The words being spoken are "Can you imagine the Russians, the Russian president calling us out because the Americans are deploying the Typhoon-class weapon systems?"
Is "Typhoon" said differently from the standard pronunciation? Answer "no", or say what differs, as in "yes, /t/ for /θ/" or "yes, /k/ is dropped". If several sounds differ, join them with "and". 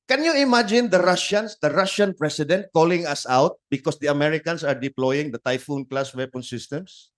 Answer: no